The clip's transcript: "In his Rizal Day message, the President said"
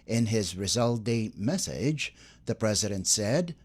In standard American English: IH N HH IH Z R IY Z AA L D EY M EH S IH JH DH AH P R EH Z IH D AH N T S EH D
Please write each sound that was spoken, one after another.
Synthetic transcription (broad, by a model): IH N IH Z R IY Z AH L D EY M EH S IH JH DH AH P R EH Z IH D AH N T S EH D